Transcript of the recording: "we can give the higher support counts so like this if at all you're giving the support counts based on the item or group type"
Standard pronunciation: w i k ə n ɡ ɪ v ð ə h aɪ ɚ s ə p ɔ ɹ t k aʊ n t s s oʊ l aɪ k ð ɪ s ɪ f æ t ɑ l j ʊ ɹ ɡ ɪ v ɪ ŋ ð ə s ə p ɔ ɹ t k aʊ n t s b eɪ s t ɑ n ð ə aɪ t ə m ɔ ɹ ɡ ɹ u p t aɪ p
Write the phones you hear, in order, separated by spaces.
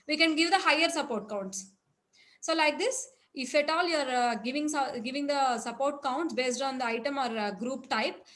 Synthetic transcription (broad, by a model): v i k ə n ɡ ɪ v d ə h aɪ ɚ s ə p ɔ ɹ t k aʊ n t s s oʊ l aɪ k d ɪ s ɪ f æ t ɑ l j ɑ ɹ ɡ ɪ v ɪ ŋ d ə s ə p ɔ ɹ t k aʊ n t s b eɪ s t ɑ n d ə aɪ t ə m ɔ ɹ ɡ ɹ u p t aɪ p